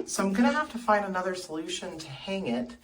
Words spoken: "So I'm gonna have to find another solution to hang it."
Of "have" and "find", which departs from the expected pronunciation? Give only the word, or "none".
have